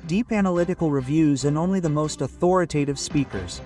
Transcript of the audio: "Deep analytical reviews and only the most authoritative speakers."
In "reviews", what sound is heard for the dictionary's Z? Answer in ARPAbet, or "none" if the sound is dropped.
Z